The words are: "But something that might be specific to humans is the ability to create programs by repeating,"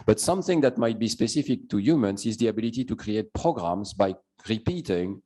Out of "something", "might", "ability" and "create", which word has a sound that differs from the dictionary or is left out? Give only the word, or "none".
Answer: none